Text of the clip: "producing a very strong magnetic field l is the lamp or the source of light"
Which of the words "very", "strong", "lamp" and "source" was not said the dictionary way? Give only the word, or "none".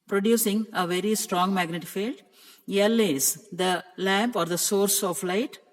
none